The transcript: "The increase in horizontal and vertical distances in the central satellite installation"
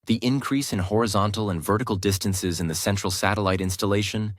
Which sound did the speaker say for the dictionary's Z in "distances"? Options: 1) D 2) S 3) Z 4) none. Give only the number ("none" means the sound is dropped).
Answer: 3